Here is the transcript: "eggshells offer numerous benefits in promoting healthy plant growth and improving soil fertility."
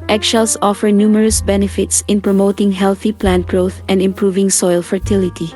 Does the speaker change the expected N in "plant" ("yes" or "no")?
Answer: no